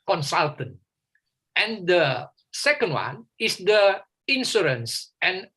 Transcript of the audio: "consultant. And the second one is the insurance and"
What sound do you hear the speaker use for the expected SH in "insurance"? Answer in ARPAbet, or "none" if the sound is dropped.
S